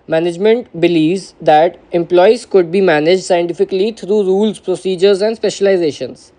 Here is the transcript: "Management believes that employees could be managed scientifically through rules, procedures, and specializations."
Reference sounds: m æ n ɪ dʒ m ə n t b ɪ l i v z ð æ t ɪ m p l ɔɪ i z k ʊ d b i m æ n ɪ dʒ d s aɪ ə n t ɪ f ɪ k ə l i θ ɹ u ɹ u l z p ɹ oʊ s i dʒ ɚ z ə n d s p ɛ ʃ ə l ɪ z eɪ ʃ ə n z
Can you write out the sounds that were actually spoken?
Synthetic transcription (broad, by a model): m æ n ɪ dʒ m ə n t b ɪ l i v z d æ t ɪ m p l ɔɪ i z k ʊ d b i m æ n ɪ dʒ d s aɪ ə n t ɪ f ɪ k ə l i t ɹ u ɹ u l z p ɹ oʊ s i dʒ ɚ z ə n d s p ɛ ʃ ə l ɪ z eɪ ʃ ə n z